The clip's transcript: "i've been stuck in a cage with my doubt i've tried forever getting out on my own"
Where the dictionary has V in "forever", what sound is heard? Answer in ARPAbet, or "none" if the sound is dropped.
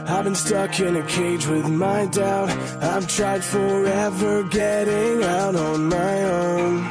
V